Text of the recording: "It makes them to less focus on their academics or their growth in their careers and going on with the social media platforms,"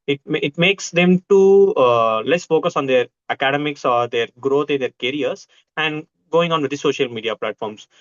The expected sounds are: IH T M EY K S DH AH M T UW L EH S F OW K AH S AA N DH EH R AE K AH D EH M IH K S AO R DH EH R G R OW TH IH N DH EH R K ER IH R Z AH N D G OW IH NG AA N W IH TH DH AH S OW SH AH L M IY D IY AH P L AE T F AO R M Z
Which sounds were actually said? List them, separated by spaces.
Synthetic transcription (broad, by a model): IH T M EY K S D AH M T UW L EH S F OW K AH S AA N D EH R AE K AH D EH M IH K S AO R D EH R G R OW T IH N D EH R K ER R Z AH N D G OW IH NG AA N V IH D S OW SH AH L M IY D IY AH P L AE T F AO R M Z